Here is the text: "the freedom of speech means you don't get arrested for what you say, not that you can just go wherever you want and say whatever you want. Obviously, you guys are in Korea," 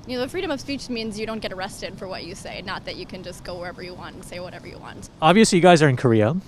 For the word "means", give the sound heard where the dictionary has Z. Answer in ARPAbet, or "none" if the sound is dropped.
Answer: Z